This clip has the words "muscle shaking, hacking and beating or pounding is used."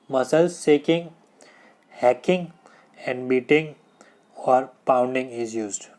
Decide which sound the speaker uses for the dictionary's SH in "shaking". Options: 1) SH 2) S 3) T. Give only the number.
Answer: 2